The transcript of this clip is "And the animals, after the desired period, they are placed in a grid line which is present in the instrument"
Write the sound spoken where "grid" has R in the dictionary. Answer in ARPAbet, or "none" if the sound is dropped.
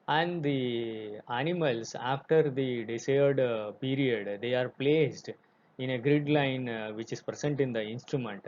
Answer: R